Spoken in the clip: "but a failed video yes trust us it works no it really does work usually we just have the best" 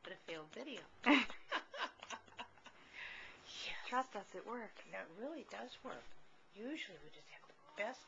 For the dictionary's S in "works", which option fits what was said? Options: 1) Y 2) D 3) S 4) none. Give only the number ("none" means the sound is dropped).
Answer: 4